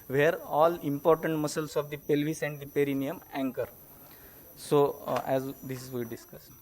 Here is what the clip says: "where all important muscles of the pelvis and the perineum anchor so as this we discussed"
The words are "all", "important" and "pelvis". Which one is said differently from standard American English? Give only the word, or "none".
none